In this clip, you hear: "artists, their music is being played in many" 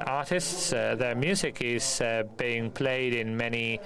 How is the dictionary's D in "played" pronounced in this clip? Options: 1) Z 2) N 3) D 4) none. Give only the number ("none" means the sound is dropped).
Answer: 3